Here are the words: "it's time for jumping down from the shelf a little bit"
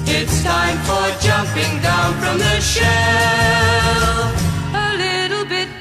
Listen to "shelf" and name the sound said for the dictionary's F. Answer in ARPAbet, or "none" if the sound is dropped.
none